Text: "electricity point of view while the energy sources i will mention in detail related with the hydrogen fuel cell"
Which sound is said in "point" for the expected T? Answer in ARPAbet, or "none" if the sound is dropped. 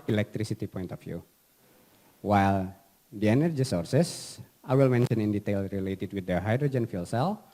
T